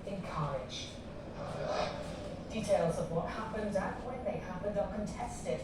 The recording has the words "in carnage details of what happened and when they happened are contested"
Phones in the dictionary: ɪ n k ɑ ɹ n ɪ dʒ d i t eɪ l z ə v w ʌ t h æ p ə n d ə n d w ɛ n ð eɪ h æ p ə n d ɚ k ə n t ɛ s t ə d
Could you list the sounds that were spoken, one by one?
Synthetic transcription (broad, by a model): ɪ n k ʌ ɹ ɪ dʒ d i t eɪ l z ə v w ʌ t h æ p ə n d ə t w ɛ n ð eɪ h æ p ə n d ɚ k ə n t ɛ s t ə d